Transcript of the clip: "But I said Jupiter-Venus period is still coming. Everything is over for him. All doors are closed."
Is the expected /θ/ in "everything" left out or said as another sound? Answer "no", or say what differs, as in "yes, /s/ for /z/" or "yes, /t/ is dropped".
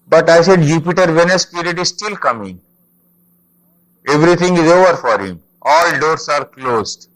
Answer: yes, /t/ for /θ/